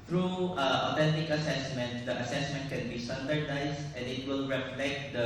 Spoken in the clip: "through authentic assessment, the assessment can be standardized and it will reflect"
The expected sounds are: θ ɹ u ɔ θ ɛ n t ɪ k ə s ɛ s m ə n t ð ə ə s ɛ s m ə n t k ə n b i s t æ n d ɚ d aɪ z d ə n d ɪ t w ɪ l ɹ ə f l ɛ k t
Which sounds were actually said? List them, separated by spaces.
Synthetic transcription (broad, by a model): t ɹ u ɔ t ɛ n t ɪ k ə s ɛ s m ə n t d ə ə s ɛ s m ə n t k ə n b i s t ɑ n d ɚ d aɪ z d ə n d ɪ t w ɪ l ɹ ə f l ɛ k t